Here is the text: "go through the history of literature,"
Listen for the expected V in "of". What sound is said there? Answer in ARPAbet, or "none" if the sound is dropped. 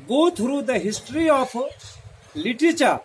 P